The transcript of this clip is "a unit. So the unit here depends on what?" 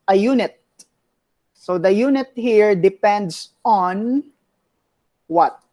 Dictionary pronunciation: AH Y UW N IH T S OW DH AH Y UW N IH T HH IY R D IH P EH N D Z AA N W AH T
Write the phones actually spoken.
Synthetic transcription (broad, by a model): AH Y UW N IH T S OW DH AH Y UW N IH T HH IY R D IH P EH N D S AA N W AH T